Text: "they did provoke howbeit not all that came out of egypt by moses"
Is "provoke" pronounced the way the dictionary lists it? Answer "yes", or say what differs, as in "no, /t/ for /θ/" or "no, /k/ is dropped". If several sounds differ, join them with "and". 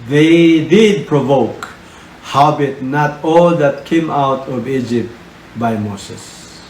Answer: yes